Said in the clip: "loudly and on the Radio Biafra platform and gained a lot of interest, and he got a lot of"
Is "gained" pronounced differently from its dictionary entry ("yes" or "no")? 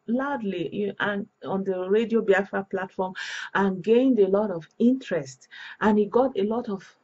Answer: no